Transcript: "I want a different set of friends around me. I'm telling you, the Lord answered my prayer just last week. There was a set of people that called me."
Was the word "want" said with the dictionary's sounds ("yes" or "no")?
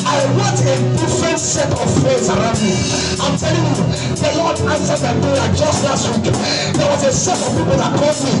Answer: no